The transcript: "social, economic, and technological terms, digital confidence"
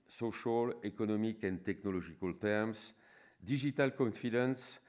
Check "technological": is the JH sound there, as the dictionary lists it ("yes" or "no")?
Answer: no